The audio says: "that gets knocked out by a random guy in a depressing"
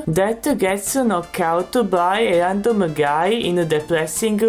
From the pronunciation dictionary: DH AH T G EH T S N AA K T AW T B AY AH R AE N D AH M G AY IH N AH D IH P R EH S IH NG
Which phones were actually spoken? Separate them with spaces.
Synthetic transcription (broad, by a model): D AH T G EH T S N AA K AW T B AY AH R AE N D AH M G AY IH N AH D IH P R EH S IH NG